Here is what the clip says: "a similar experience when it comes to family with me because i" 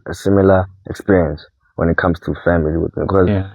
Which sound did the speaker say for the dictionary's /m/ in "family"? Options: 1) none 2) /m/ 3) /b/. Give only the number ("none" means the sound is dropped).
2